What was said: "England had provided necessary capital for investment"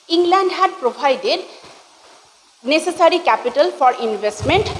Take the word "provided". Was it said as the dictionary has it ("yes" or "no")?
no